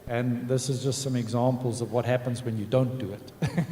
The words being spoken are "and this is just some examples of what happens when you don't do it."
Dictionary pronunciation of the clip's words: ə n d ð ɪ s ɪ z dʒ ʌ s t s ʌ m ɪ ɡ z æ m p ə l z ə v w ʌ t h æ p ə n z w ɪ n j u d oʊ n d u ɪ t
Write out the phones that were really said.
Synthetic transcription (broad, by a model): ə n ð ɪ s ɪ z dʒ ʌ s t s ʌ m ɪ ɡ z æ m p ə l z ə v w ʌ t h æ p ə n z w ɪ n j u d oʊ n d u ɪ t